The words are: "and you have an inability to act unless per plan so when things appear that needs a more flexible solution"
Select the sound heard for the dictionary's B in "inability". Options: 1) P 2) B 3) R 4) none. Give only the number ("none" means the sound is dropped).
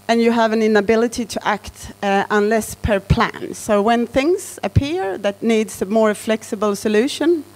2